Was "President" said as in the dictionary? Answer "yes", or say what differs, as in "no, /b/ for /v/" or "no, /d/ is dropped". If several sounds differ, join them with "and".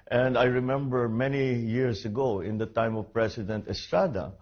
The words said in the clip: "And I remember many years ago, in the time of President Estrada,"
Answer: no, /s/ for /z/